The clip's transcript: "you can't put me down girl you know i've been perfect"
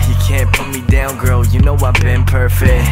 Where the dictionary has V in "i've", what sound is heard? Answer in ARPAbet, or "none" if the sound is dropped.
W